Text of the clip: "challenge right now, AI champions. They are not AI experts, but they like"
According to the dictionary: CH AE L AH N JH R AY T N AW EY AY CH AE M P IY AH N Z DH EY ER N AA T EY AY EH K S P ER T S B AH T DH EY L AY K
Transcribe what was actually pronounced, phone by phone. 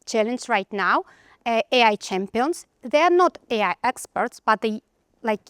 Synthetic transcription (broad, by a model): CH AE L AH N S R AY T N AW EY AY CH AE M P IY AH N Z DH EY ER N AA T EY AY EH K S P ER T S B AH T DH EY L AY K